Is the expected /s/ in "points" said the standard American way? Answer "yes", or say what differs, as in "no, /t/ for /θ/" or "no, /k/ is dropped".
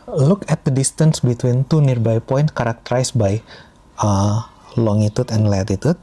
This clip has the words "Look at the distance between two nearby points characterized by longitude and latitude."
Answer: no, /s/ is dropped